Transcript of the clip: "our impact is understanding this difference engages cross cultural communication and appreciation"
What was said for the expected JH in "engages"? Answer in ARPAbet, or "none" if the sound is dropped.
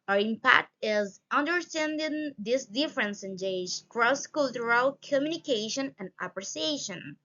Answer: none